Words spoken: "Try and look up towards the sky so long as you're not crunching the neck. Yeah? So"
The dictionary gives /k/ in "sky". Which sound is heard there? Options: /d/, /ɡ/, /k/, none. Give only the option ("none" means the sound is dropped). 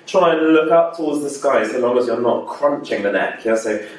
/k/